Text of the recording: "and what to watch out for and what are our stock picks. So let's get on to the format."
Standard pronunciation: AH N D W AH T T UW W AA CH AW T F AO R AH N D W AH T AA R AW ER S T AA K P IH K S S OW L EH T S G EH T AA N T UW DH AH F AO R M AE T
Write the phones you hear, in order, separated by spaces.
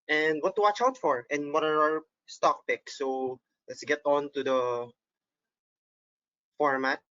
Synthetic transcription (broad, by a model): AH N D W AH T T UW W AA CH AW T F AO R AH N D W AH T AA R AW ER S T AA K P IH K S S OW L EH T S G EH T AA N T UW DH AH F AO R M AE T